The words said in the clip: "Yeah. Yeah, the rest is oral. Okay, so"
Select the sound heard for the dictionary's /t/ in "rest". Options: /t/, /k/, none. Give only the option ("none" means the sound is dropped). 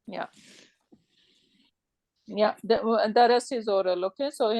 none